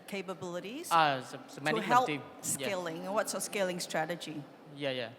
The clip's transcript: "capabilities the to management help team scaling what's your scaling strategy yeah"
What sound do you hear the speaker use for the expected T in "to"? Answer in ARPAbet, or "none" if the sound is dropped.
S